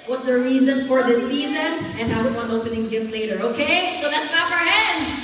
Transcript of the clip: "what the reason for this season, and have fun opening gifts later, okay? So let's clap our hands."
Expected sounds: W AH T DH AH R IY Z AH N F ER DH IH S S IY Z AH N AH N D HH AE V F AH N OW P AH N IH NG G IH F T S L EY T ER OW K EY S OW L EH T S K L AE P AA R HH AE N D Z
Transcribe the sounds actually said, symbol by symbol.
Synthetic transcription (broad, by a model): W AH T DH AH R IY Z AH N F ER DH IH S S IY Z AH N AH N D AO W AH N OW P AH N IH NG G IH F T S L EY T ER OW K EY S OW L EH T S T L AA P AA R HH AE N D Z